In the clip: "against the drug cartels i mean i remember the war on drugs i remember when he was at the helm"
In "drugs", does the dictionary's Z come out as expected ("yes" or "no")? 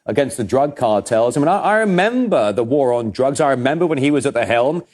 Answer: yes